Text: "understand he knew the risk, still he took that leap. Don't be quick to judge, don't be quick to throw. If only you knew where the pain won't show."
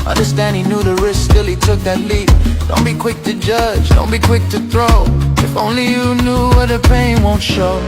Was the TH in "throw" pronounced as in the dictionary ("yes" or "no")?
yes